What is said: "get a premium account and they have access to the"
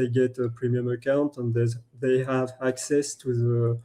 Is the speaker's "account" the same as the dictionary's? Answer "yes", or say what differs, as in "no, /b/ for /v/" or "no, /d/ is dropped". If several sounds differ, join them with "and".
yes